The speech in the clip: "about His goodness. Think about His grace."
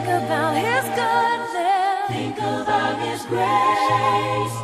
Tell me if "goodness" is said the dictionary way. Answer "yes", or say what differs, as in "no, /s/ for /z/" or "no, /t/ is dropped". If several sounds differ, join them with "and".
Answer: no, /s/ is dropped